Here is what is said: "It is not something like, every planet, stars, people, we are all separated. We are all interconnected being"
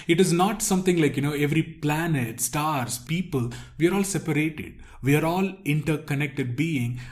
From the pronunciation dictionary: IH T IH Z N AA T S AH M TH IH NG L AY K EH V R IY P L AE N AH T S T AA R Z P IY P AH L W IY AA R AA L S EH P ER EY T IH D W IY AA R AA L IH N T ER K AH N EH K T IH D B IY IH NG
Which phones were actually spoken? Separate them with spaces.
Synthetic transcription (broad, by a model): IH T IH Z N AA T S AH M T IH NG L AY K EH V R IY P L AE N AH T S T AA R S P IY P AH L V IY AA R AA L S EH P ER EY T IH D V IY AA R AA L IH N T ER K AH N EH K T IH D B IY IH NG